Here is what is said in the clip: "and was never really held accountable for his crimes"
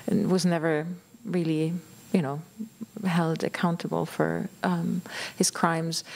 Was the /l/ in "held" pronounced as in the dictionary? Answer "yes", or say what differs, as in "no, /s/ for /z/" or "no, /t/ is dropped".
yes